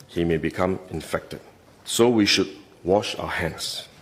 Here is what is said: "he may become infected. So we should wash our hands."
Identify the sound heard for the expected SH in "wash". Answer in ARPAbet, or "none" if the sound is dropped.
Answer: SH